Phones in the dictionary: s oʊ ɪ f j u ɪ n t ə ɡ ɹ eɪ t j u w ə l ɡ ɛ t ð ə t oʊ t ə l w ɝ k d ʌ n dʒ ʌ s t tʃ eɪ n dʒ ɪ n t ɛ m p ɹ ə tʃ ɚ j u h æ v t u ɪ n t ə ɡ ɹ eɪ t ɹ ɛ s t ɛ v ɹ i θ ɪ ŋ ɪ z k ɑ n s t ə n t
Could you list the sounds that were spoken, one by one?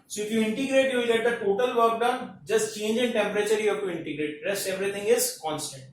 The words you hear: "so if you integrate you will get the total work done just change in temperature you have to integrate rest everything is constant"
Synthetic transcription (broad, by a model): s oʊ ɪ f j u ɪ n t ə ɡ ɹ eɪ t j u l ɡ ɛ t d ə t oʊ t ə l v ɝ k d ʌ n dʒ ʌ s t tʃ eɪ n dʒ ɪ n t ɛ m p ɹ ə tʃ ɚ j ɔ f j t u ɪ n t ə ɡ ɹ eɪ t ɹ ɛ s t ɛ v ɹ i t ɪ ŋ ɪ z k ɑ n s t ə n t